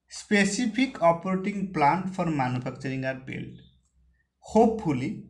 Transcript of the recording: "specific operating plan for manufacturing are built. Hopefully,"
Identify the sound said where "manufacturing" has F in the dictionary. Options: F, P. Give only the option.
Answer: P